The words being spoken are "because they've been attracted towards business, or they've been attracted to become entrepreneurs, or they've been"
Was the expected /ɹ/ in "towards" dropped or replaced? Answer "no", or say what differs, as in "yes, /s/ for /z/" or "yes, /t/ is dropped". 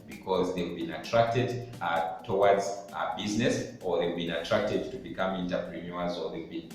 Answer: yes, /w/ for /ɹ/